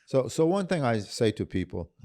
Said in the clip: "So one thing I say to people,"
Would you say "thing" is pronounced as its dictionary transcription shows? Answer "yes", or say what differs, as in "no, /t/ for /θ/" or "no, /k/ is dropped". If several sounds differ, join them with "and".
yes